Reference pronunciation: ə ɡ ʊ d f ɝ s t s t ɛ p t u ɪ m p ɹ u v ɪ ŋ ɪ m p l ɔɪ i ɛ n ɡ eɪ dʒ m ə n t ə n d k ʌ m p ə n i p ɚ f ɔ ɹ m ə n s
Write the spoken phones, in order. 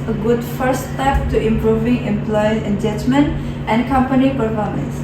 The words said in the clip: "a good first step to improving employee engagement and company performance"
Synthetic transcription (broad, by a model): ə ɡ ʊ d f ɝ t s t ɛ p t u ɪ m p ɹ u v ɪ ŋ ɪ m p l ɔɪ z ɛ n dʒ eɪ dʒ m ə n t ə n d k ʌ m p ə n i p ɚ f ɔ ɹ m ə n s